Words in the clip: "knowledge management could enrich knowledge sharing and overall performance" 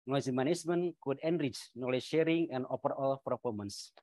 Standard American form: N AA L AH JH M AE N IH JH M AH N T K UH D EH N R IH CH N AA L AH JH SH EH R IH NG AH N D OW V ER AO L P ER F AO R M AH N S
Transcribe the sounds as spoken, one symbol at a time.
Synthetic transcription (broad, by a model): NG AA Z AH M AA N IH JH M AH N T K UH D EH N R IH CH N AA L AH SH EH R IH NG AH N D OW P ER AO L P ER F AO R M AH N S